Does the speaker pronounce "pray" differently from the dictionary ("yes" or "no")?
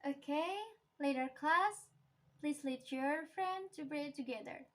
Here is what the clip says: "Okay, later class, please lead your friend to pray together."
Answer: yes